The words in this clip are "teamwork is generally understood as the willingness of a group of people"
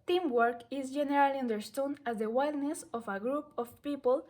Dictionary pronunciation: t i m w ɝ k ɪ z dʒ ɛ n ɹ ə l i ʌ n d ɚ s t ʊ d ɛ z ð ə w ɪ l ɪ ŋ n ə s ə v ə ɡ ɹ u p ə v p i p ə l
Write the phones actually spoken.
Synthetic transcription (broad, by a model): t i m w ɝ k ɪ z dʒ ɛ n ɹ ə l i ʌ n d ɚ s t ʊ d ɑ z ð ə w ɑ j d n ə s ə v ə ɡ ɹ u p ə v p i p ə l